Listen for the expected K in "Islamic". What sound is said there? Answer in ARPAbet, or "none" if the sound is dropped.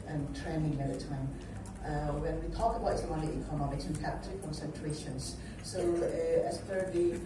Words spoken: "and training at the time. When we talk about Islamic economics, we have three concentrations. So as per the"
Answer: none